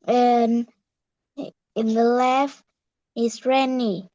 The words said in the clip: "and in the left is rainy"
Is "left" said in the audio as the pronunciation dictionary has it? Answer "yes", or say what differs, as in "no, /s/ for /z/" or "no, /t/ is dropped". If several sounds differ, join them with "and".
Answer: no, /t/ is dropped